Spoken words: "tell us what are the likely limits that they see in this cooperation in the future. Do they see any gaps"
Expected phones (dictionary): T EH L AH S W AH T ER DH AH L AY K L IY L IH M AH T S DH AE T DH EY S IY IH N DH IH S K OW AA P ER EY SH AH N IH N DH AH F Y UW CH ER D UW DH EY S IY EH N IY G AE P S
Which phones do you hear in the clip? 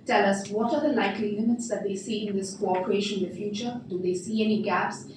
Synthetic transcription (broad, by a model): T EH L AH S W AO T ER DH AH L AY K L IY N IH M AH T S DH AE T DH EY S IY IH N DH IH S K OW AA P ER EY SH AH N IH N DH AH F Y UW CH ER D UW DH EY S IY EH N IY G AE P S